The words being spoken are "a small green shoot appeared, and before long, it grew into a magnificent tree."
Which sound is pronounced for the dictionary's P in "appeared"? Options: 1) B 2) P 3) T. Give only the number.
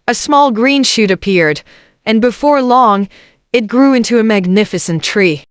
2